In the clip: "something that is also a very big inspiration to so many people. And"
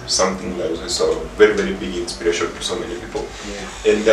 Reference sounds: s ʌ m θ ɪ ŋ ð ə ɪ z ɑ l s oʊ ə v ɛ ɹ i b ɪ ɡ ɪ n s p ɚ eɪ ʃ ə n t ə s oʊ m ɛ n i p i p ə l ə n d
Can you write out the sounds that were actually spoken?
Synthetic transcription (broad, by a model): s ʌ m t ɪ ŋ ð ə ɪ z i s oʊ ə v ɛ ɹ i b ɪ ɡ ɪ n s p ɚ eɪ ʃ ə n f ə s oʊ m ɛ n i p i p ə l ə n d